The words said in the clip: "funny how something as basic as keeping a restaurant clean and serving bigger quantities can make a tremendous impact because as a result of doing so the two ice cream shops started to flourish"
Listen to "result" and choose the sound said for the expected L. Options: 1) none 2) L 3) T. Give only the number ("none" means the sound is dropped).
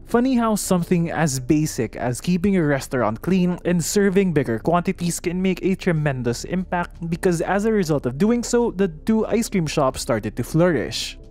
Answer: 2